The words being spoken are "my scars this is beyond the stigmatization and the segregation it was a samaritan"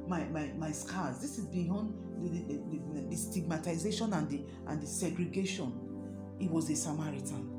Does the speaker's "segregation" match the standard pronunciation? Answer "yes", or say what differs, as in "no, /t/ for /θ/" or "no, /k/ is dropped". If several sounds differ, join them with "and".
yes